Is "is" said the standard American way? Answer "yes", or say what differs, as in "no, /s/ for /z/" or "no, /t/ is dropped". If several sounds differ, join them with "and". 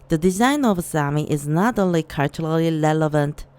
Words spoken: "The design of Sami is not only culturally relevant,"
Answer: yes